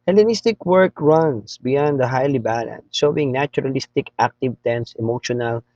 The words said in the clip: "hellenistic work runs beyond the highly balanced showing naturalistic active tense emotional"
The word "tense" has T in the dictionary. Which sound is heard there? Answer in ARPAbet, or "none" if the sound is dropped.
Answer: T